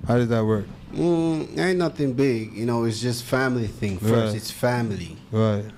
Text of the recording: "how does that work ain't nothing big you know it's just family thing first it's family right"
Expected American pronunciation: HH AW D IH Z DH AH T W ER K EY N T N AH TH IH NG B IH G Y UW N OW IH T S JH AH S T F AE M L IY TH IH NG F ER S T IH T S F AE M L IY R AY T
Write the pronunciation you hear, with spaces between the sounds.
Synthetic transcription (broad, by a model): HH AW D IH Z DH AH T W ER K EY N N AH TH IH NG B IH G Y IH N OW IH T S JH AH S T F AE M L IY TH IH NG F ER S T IH T S F AE M L IY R AY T